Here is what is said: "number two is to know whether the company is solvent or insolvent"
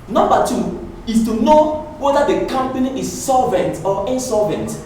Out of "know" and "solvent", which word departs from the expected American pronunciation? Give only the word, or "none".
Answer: none